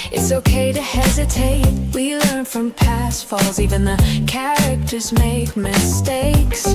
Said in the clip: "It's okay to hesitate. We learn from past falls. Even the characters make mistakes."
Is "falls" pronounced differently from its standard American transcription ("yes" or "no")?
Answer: no